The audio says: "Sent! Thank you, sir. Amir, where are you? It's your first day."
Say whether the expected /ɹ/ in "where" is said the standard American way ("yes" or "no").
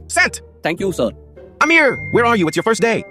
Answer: yes